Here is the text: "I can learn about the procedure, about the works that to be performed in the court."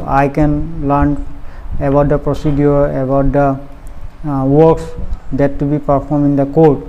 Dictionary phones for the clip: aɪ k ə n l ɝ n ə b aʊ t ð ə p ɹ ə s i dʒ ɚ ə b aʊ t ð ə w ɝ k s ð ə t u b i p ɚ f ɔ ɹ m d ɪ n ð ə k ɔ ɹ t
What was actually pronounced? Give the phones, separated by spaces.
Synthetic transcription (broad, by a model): aɪ k ə n l ɝ n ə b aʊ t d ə p ɹ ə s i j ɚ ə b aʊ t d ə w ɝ k s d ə t u b i p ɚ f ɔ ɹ m ɪ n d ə k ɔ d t